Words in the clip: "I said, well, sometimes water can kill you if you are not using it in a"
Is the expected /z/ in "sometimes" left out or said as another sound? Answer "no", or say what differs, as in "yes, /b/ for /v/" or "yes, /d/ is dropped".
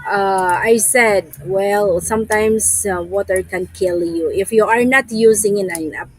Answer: yes, /s/ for /z/